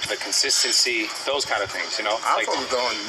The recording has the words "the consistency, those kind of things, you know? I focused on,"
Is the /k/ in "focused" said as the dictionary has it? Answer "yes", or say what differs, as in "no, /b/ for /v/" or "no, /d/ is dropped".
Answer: no, /k/ is dropped